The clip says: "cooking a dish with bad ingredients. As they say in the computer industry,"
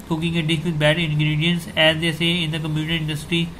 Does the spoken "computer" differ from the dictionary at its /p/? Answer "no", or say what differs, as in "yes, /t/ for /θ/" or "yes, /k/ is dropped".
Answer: yes, /p/ is dropped